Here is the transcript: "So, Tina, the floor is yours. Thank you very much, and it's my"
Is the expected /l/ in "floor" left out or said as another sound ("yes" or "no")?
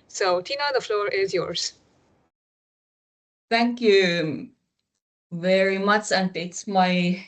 no